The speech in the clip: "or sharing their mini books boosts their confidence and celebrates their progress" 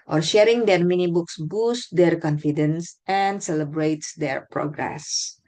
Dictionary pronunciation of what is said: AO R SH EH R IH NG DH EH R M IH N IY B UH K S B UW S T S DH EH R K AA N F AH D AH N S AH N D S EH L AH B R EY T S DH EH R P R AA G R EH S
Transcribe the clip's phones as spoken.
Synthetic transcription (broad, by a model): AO R SH EH R IH NG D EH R M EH N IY B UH K S B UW S T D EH R K AA N F AH D AH N S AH N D S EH L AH B R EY T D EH R P R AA G R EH S